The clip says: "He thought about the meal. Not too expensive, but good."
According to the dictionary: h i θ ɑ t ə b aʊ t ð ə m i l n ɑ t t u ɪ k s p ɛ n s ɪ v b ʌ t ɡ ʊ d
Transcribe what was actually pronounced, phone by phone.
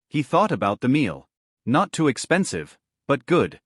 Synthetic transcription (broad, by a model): h i θ ɑ t ə b aʊ t ð ə m i l n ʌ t t u ɪ k s p ɛ n s ɪ v b ʌ t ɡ ʊ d